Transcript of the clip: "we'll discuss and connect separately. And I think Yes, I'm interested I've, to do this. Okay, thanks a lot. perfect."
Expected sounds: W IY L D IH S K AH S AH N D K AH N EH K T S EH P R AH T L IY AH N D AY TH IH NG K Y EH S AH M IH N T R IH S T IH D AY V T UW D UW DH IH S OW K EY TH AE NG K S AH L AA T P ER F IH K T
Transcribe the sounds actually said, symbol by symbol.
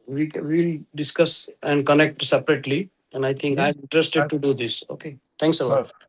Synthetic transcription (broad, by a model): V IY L D IH S K AH S AH N D K AH N EH K T S EH P R AH T L IY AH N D AY T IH NG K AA AH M IH N T R IH S T IH D T UW D UW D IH S OW K EY T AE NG K S AH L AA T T